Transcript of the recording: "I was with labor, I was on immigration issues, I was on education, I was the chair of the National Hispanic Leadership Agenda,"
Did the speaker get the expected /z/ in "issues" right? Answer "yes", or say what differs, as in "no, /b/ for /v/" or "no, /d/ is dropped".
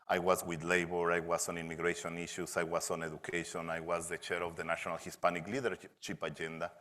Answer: no, /s/ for /z/